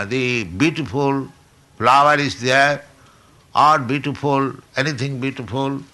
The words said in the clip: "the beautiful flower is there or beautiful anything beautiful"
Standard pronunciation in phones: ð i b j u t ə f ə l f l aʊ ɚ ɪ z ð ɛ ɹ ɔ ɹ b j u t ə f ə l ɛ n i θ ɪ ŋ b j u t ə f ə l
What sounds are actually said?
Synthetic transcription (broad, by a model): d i b j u t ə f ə l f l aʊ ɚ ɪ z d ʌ ɹ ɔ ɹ b j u t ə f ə l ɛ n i t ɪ ŋ b j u t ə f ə l